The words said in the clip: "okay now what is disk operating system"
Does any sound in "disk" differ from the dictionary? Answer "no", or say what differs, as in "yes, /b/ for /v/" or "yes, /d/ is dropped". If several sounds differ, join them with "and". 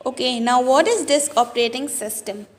no